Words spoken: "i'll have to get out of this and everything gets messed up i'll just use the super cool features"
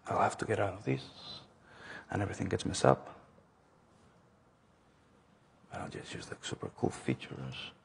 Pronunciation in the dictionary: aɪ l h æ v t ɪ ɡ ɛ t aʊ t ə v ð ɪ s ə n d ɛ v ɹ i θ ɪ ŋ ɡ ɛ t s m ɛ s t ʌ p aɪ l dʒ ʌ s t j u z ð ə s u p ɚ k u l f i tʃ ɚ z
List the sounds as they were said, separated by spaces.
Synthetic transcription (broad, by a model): aɪ l h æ f t ɪ ɡ ɛ t aʊ t ə v ð ɪ s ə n ɛ v ɹ i θ ɪ ŋ ɡ ɛ t s m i s ʌ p aɪ l dʒ ʌ s t j u z ð ə s u p ɚ k u l f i tʃ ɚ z